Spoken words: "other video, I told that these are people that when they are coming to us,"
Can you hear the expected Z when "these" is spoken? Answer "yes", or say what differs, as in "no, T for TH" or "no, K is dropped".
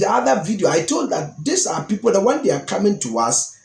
no, S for Z